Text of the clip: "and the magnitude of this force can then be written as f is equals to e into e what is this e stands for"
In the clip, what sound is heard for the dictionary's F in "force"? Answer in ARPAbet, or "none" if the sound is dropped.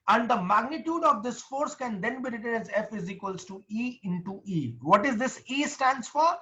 F